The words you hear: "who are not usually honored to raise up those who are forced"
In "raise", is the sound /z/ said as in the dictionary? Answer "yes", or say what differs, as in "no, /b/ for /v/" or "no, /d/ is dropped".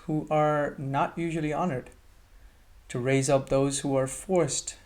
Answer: yes